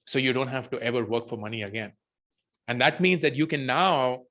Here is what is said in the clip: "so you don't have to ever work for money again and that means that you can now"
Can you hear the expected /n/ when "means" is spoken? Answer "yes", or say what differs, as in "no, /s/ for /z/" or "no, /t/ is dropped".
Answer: yes